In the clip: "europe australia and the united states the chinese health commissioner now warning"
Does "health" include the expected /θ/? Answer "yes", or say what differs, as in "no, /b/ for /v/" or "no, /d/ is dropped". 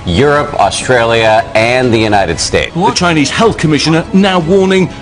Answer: yes